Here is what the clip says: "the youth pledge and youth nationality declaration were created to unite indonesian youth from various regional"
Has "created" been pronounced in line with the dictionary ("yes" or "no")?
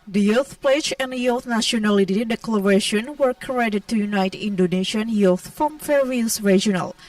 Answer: no